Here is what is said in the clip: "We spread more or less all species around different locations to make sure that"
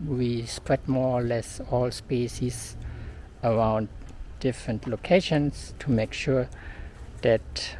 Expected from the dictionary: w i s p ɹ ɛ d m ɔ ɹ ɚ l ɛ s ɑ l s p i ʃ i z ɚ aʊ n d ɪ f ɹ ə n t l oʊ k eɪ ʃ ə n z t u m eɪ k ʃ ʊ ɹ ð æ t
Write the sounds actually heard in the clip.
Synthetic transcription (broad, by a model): w i s p ɹ ɛ d m ɔ ɹ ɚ l ɛ s ɑ l s p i s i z ɚ aʊ n d ɪ f ɹ ə n t l oʊ k eɪ ʃ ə n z t u m eɪ k ʃ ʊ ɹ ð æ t